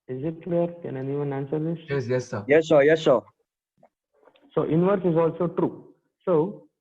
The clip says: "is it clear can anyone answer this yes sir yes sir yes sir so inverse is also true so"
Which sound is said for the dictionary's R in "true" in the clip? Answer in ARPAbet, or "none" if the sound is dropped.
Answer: R